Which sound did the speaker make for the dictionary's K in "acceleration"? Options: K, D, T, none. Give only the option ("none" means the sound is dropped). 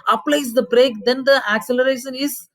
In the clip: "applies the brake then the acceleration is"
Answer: K